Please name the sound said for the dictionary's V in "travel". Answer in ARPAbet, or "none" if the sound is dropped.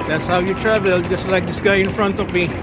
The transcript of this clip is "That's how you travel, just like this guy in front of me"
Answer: V